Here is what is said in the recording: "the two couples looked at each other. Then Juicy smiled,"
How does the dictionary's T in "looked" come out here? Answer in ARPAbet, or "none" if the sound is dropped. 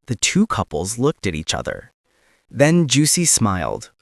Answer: T